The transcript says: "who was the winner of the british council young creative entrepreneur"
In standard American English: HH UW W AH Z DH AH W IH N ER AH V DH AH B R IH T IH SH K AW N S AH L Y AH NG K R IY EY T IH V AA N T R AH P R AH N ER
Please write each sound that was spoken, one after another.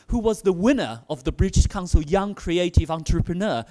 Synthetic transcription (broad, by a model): HH UW W AH Z DH AH W IH N ER AH V DH AH B R IH T IH SH K AW N S AH L Y AH NG K R IY EY T IH V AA N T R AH P R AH N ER